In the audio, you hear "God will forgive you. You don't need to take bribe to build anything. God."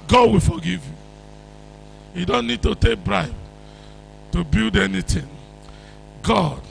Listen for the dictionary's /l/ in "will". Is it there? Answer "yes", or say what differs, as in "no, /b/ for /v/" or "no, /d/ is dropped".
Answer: yes